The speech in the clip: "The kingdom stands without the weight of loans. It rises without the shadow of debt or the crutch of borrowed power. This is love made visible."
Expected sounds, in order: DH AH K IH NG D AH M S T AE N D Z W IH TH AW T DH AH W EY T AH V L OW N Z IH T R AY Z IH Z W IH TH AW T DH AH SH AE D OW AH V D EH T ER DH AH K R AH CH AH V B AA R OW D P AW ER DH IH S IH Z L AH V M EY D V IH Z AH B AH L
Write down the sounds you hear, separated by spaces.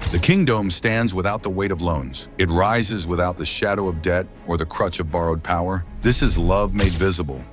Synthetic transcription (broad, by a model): DH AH K IH NG D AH M S T AE N D Z W IH TH AW T DH AH W EY T AH V L OW N Z IH T R AY Z IH Z W IH TH AW T DH AH SH AE D OW AH V D EH T ER DH AH K R AH CH AH V B AA R OW D P AW ER DH IH S IH Z L AH V M EY D V IH Z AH B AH L